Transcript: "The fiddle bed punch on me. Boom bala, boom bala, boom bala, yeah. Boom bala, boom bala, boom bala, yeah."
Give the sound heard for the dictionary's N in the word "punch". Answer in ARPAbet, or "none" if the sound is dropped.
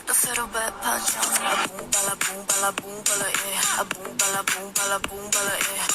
none